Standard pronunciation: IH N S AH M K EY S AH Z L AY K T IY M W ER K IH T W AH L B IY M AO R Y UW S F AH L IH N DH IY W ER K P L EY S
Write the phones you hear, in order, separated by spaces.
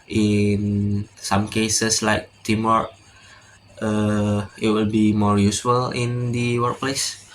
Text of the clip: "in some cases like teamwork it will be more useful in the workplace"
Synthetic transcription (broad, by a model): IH N S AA M K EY S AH S L AY K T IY M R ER IH T W AH L B IY M AO R Y UW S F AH L IH N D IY W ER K P L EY S